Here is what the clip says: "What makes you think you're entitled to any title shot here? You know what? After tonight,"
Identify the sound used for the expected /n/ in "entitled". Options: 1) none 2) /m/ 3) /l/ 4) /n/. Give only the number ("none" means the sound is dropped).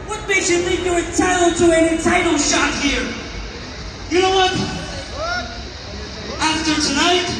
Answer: 1